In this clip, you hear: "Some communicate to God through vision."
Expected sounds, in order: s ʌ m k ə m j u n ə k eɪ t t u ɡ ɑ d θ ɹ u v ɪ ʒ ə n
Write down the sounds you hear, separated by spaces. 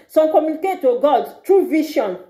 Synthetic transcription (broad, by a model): s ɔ k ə m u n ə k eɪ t t u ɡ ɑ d t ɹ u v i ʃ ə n